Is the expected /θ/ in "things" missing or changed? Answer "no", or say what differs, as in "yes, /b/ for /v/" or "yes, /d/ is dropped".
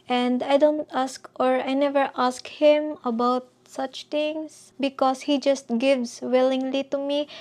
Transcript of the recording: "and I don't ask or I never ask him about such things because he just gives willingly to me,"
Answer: yes, /t/ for /θ/